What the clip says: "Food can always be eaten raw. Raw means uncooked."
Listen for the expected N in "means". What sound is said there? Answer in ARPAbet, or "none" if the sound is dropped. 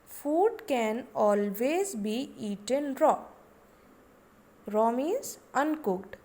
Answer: none